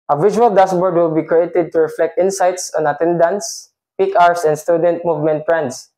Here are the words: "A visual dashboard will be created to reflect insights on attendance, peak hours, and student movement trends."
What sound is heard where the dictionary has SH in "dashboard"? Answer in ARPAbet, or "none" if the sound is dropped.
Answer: S